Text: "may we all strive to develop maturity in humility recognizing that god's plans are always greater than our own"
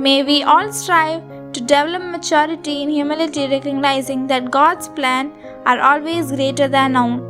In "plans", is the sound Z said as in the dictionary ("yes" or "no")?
no